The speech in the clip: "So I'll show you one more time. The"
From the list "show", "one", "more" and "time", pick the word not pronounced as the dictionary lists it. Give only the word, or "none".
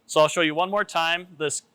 none